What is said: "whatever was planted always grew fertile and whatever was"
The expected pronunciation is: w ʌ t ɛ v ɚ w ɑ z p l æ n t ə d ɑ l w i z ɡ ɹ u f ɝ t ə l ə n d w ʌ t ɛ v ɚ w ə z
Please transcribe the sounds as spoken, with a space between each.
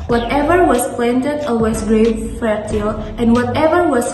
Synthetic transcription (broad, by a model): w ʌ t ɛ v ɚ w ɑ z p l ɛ n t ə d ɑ w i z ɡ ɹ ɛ f ɝ t ə l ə n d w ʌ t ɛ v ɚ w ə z